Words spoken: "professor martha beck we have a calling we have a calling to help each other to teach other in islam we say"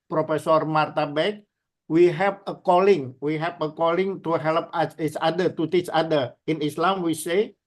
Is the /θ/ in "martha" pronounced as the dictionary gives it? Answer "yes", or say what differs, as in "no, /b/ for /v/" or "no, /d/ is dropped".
no, /t/ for /θ/